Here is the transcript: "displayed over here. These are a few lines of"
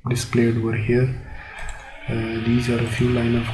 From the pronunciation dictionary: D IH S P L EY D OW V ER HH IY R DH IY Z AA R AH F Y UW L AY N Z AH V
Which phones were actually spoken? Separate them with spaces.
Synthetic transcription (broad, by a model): D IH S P L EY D OW V ER HH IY R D IY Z AA R AH F Y UW L AY N AH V